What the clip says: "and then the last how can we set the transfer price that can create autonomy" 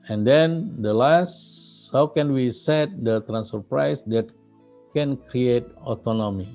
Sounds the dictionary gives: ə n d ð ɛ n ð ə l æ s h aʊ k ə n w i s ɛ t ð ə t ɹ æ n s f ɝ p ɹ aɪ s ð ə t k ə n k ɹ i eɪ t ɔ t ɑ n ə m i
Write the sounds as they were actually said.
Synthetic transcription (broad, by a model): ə n d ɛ n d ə l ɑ s h aʊ k ə n w i s ɛ t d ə t ɹ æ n s ɝ p ɹ aɪ s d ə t k ə n k ɹ i eɪ t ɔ t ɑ n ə m i